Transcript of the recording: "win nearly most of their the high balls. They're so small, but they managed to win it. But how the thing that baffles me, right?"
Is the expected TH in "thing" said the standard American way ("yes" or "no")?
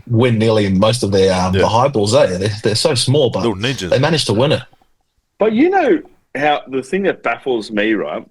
yes